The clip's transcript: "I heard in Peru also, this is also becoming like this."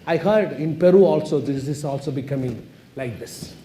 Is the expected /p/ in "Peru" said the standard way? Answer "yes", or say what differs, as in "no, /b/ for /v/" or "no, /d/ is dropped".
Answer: yes